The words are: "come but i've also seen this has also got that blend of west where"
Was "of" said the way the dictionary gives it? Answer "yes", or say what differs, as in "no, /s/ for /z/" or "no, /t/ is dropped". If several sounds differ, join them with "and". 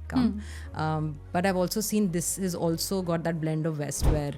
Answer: yes